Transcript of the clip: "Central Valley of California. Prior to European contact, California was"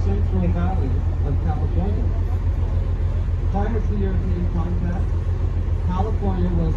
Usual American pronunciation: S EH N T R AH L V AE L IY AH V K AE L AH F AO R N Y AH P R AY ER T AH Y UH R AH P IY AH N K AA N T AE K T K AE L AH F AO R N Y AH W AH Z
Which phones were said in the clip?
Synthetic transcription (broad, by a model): S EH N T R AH L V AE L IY AH V K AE L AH F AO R N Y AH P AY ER S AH Y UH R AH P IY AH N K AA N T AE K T K AE L AH F AO R N Y AH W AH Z